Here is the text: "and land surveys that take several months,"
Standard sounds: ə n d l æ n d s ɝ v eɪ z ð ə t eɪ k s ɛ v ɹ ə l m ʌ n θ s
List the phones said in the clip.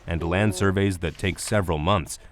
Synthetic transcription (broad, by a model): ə n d l æ n d s ɝ v eɪ z ð ə t eɪ k s ɛ v ɹ ə l m ʌ n θ s